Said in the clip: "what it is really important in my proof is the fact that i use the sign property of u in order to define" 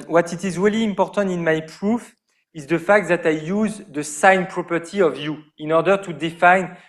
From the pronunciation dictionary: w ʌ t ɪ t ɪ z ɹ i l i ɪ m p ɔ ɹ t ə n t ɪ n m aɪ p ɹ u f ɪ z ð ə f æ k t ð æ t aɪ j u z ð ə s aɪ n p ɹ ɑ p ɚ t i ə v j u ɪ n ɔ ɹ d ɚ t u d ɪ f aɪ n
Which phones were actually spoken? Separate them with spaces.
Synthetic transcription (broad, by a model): w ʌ t ɪ t ɪ z ɹ i l i ɪ m p ɔ ɹ t ə n t ɪ n m aɪ p ɹ u f ɪ z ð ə f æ k t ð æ t aɪ j u z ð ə s aɪ n p ɹ ɑ p ɚ t i ə v j u ɪ n ɔ ɹ d ɚ t u d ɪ f aɪ n